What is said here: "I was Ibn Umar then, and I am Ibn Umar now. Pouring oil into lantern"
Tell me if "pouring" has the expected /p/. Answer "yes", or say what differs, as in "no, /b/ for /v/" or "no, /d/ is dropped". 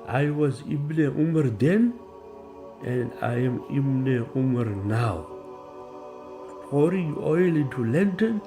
no, /f/ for /p/